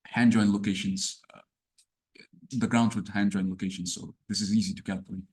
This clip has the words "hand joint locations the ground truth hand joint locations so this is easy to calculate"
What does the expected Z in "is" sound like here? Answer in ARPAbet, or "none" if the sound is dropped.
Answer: Z